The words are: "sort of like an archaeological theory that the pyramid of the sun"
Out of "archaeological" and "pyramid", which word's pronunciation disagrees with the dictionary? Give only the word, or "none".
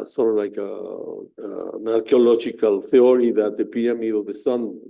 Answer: pyramid